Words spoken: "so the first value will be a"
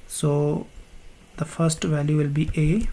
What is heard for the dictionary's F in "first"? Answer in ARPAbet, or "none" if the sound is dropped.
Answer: F